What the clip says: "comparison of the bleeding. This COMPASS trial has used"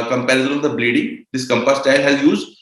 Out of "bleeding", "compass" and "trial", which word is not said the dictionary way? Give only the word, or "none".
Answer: trial